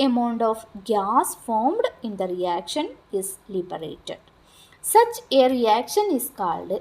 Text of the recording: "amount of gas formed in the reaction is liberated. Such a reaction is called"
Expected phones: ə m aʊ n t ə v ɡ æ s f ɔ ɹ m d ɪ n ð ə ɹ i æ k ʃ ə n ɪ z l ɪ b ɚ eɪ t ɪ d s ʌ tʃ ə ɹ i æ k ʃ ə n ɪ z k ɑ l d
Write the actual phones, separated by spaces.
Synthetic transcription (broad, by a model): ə m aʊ n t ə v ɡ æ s f ɔ ɹ m d ɪ n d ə ɹ i æ k ʃ ə n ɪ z l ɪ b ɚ eɪ t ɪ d s ʌ tʃ ə ɹ i æ k ʃ ə n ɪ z k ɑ l d